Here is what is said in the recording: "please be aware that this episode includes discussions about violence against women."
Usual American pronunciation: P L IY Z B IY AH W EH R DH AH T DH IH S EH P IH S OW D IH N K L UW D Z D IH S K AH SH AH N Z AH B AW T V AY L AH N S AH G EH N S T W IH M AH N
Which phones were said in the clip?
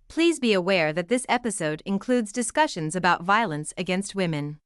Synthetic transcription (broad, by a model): P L IY Z B IY AH W EH R DH AH T DH IH S EH P IH S OW D IH N K L UW D Z D IH S K AH SH AH N Z AH B AW T V AY L AH N S AH G EH N S T W IH M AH N